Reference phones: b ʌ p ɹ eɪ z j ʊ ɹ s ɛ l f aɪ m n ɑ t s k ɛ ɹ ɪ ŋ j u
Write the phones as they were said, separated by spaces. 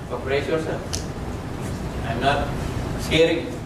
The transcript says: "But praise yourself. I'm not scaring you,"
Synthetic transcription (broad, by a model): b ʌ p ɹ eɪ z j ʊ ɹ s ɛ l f aɪ m n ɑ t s ɛ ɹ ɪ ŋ